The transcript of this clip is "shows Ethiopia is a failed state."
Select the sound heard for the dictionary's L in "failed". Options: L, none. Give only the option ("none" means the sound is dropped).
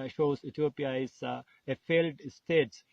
L